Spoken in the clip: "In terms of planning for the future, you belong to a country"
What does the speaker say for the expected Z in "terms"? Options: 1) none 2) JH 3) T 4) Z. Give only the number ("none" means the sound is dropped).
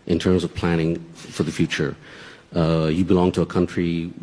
4